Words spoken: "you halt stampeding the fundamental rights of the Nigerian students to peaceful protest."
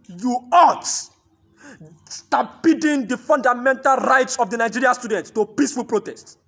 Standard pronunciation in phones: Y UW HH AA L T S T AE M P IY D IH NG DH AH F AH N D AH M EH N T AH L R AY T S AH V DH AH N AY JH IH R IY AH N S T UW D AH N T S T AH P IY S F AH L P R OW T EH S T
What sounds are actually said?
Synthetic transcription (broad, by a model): Y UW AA T S T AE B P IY D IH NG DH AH F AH N D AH M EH N T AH L R AY T S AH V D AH N AY JH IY R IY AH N S T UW D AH N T T AH P IY S F AH L P R OW T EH S T